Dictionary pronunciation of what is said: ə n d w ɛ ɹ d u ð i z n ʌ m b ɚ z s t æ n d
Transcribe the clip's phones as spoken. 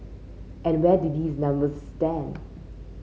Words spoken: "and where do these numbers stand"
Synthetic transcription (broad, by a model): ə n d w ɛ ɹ d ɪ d i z n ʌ m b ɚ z s t æ n d